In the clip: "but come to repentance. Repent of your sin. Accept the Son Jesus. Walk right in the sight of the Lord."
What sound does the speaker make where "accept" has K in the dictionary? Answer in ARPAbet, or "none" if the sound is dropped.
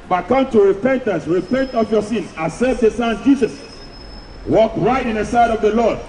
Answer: none